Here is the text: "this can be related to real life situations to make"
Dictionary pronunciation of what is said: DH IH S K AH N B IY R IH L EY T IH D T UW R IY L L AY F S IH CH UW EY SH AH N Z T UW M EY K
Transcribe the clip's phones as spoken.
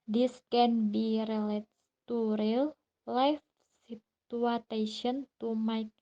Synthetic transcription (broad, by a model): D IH S K AH N B IY R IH L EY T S T UW R IY L L AY F S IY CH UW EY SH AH N T UW M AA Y